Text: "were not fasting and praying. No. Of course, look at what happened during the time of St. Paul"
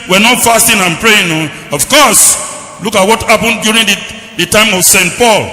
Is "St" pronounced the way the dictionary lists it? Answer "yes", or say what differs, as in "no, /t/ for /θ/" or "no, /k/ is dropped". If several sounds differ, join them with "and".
yes